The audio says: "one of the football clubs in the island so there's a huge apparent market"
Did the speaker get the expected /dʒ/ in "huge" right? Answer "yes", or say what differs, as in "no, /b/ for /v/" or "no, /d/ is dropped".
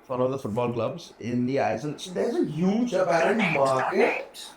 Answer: yes